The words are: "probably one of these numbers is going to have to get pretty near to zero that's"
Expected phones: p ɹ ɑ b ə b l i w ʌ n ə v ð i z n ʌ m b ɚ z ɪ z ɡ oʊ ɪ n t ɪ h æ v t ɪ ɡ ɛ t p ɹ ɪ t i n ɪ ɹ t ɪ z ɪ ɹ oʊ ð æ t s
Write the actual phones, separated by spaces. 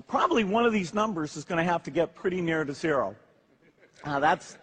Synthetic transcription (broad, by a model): p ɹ ɑ b ə b l i w ʌ n ə v ð i z n ʌ m b ɚ z ɪ z ɡ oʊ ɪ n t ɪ h æ f t ɪ ɡ ɛ t p ɹ ɪ t i n ɪ ɹ t ɪ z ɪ ɹ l ð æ t s